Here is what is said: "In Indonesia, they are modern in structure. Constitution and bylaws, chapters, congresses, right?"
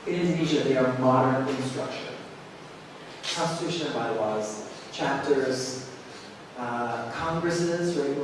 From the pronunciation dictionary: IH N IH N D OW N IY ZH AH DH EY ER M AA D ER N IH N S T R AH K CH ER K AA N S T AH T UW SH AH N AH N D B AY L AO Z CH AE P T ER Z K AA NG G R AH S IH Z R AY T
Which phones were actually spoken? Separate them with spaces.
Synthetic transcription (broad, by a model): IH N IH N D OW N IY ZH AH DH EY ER M AA D ER N IH N S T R AH K SH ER K AA N S T AH T UW SH AH N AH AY W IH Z CH AE P T ER Z K AA NG G R AH S IH Z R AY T